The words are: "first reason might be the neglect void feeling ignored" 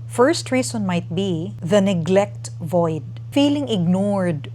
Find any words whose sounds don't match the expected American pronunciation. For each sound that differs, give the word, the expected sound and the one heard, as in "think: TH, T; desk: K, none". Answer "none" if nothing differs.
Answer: reason: Z, S